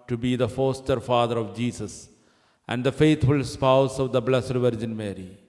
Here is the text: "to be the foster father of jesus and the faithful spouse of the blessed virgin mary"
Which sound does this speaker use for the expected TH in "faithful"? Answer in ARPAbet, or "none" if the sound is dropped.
T